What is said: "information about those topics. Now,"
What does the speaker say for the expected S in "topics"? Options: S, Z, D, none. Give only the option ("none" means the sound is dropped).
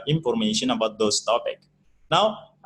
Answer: none